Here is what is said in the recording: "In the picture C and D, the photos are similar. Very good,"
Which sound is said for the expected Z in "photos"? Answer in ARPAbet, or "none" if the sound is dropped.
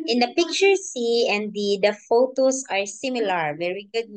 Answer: S